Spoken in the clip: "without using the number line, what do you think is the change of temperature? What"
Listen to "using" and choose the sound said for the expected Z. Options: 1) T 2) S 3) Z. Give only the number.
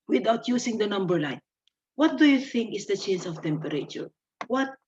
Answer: 2